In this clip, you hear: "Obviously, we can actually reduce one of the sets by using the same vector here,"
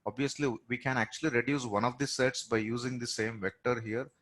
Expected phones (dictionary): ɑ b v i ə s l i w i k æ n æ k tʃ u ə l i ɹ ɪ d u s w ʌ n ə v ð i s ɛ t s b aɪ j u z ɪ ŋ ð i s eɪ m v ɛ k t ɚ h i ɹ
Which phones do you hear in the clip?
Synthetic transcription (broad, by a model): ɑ b v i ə s l i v i k æ n æ k tʃ u ə l i ɹ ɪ d u s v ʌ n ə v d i s ɛ t s b aɪ j u z ɪ ŋ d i s eɪ m v ɛ k t ɚ h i ɹ